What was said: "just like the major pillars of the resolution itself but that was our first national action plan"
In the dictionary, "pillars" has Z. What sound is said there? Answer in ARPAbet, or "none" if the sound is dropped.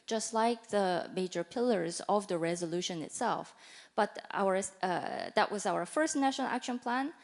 Z